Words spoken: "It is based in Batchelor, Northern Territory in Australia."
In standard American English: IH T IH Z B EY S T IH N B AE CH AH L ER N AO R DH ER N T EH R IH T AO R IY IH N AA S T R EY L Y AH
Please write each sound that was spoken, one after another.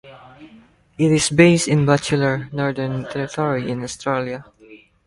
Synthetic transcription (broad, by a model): IH T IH S B EY S T IH N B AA CH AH L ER N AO R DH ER N T EH R IH T AO R IY IH N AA S T R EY L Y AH